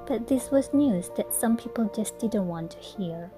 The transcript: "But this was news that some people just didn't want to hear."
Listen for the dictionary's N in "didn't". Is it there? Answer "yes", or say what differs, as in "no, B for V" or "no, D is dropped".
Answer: yes